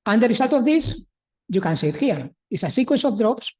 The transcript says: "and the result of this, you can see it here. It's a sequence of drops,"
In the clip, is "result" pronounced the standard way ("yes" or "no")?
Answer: no